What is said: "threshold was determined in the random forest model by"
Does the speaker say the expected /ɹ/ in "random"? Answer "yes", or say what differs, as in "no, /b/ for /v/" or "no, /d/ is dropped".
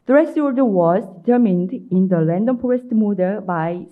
no, /l/ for /ɹ/